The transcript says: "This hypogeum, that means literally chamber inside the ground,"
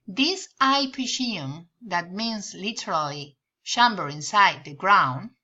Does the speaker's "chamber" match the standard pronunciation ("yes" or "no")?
no